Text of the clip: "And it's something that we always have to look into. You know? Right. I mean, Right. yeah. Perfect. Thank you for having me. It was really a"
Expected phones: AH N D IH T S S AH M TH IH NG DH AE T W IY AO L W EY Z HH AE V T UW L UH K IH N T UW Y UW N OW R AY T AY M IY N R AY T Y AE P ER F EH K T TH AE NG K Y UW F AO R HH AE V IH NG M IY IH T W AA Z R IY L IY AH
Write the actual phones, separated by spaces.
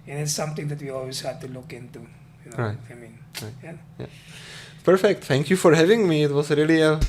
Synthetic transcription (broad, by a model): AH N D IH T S S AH M T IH NG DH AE T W IY AO L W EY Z HH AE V T UW L UH K IH N T UW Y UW N OW R AY T AY M IY N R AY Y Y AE P ER F EH K T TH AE NG K Y UW F AO R HH AE V IH NG M IY IH T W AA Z R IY L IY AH